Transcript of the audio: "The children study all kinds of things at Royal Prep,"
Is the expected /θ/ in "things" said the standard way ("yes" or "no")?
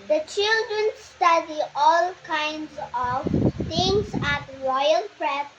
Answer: no